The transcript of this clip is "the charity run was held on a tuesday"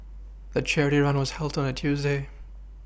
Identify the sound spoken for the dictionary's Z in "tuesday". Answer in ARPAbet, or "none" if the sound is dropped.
Z